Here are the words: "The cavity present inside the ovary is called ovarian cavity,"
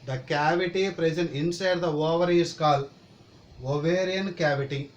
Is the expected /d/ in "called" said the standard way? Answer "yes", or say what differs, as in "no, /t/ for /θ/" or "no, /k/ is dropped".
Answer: no, /d/ is dropped